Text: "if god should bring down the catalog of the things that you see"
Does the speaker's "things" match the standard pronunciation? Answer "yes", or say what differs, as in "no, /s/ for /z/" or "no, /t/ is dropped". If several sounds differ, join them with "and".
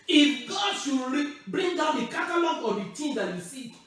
no, /t/ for /θ/